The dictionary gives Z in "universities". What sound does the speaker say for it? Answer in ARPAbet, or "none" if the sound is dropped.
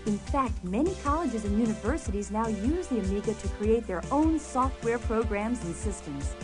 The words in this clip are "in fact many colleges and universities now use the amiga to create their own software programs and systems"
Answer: Z